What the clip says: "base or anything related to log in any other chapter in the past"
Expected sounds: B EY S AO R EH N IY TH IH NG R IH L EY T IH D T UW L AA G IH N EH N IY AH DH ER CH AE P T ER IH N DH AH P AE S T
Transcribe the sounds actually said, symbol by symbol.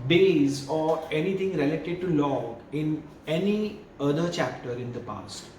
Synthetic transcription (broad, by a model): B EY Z AO R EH N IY T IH NG R IH L EY T IH D T UW L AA IH N EH N IY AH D ER CH AE P T ER IH N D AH P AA S T